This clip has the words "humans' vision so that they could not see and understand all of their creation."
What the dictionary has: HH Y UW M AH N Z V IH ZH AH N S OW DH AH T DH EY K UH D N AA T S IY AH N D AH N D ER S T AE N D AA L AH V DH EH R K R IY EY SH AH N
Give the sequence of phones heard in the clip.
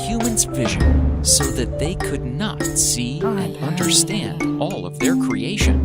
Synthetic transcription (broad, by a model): HH Y UW M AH N Z V IH ZH AH N S OW DH AH T DH EY K UH D N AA T S IY AH N D AH N D ER S T AE N D AA L AH V DH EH R K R IY EY SH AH N